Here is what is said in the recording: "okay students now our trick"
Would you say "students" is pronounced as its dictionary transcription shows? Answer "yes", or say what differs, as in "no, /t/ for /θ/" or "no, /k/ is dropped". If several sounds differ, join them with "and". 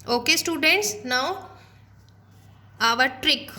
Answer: yes